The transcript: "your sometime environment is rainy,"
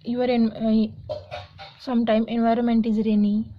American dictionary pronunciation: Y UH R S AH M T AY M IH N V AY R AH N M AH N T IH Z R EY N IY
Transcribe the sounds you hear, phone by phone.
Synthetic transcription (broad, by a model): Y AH R S AH M T AY M IH N V AY R AH N M AH N T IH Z R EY N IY